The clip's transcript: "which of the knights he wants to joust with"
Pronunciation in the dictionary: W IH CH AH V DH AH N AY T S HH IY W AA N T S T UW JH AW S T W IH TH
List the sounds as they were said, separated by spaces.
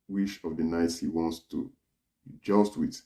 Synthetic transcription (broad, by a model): W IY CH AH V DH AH N AY T S HH IY W AA N T S T UW JH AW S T W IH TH